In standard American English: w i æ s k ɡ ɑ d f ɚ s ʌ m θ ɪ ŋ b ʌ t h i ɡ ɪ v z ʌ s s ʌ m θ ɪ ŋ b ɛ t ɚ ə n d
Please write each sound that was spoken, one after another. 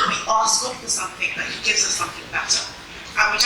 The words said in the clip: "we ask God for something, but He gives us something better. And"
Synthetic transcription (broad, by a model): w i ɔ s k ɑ f ɚ s ʌ m θ ɪ ŋ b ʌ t h i ɡ ɪ v z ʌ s s ʌ m θ ɪ ŋ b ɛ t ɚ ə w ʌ